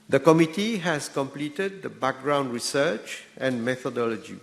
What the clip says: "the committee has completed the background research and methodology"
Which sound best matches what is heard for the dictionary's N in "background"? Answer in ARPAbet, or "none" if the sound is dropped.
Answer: N